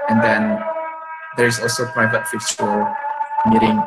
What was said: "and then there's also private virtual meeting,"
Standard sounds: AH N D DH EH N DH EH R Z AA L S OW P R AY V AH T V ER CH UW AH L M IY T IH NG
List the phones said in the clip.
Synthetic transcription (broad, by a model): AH N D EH N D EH R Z AA L S OW P R AY V AH T F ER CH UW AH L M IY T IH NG